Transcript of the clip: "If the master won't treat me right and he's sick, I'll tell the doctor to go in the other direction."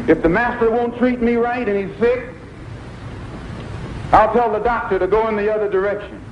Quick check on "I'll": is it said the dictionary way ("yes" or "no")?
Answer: yes